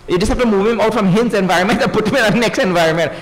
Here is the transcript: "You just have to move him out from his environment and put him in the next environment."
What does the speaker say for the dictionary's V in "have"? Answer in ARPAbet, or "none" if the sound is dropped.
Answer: P